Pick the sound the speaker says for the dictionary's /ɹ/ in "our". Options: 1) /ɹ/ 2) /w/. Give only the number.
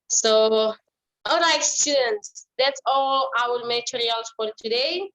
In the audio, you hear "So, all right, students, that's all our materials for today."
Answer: 2